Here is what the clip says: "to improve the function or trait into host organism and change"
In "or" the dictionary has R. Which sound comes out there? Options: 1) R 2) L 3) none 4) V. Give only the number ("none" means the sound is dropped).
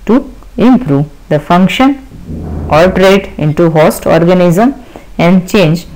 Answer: 2